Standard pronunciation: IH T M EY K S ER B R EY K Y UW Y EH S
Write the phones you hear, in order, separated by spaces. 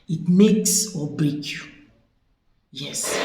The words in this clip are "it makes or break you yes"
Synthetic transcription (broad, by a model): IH T M EY K S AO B EY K Y UW Y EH S